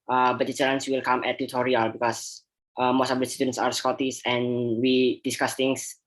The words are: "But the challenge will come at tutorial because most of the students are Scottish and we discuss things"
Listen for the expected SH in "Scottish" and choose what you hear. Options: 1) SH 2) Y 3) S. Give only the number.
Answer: 3